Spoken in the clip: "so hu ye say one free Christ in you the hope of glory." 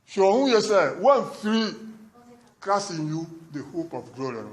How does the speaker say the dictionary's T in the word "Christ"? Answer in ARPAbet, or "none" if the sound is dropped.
none